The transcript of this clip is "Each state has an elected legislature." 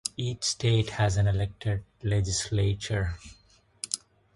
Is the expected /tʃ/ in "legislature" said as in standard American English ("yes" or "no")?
yes